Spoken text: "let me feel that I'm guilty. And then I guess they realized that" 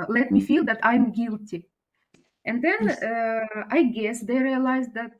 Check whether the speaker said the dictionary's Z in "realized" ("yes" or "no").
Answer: yes